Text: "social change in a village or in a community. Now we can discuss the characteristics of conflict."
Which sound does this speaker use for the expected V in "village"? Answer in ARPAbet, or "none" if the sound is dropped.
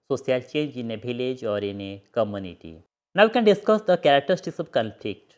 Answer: B